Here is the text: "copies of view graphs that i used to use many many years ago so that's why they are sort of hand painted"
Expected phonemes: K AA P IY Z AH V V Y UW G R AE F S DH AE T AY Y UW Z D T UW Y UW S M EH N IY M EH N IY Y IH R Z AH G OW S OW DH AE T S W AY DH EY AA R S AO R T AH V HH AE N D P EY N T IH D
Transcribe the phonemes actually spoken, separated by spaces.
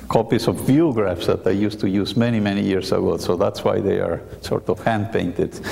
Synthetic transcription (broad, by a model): K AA P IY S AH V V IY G R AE F S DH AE T AY Y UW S T UW Y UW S M EH N IY M EH N IY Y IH R S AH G OW S OW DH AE T S W AY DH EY AA R S AO R T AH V HH AE N D P EY N T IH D